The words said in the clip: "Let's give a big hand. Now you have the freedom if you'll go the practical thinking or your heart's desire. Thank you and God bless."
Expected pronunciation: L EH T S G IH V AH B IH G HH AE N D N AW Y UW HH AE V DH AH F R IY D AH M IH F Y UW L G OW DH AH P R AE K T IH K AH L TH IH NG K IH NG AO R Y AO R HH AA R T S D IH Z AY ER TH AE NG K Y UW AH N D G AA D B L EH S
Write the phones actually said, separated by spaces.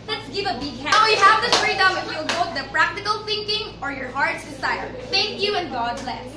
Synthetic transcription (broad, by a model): L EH T S G IH V AH B IH G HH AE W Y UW HH AE V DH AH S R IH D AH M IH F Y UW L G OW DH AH P R AE K T IH K AH L TH IH NG K IH NG AO R Y AO R HH AA R T S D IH S AY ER TH AE NG K Y UW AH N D G AA D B L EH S